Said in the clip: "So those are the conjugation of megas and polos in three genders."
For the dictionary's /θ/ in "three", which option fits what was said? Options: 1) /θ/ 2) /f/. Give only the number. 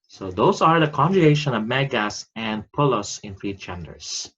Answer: 2